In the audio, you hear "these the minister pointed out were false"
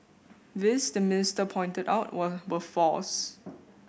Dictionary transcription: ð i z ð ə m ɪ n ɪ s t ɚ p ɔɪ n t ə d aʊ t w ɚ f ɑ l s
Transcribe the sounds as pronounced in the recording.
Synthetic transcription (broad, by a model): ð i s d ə m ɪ n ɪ s t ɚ p ɔɪ n t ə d aʊ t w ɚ f ɑ s